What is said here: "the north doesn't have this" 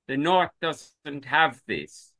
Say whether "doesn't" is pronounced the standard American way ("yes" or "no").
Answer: yes